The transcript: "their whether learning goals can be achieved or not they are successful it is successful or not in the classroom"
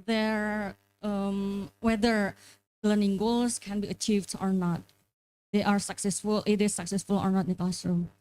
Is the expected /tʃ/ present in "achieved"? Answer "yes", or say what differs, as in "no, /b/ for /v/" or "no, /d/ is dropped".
yes